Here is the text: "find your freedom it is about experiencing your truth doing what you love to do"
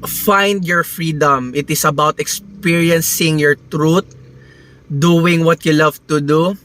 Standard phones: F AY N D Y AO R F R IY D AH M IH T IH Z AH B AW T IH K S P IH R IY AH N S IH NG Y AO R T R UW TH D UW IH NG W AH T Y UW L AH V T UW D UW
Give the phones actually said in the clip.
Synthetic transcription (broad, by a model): F AY N D Y AO R F R IY D AH M IH T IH S AH B AW T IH K S P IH R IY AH N S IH NG Y AO R T R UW T D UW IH NG W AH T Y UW L AH V T UW D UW